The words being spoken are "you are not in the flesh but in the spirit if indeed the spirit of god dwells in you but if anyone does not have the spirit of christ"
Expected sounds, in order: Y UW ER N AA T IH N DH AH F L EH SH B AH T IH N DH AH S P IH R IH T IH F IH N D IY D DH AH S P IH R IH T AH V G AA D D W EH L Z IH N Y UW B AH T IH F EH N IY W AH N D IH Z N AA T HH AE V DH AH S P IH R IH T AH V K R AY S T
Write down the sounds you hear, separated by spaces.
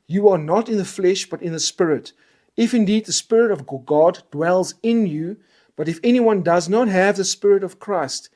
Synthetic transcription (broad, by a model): Y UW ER N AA T IH N DH AH F L EH SH B AH T IH N DH AH S P IH R IH T IH F IH N D IY D DH AH S P IH R IH T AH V G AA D D W EH L Z IH N Y UW B AH T IH F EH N IY W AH N D IH Z N AA T HH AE V DH AH S P IH R IH T AH V K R AY S T